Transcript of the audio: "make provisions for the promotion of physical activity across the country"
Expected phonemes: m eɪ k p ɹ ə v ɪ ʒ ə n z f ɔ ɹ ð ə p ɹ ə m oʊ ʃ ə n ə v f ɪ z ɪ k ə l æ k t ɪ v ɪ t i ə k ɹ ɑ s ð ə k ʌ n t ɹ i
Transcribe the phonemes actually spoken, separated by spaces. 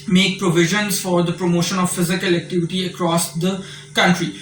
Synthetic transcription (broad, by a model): m eɪ k p ɹ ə v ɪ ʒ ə n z f ɔ ɹ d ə p ɹ ə m oʊ ʃ ə n ə v f ɪ z ɪ k ə l æ k t ɪ v ɪ t i ə k ɹ ɑ s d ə k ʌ n t ɹ i